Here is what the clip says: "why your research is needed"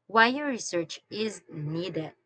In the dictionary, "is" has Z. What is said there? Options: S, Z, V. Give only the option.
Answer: Z